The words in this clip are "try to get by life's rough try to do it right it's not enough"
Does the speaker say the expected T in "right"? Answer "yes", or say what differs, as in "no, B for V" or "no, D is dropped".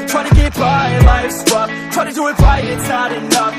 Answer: no, T is dropped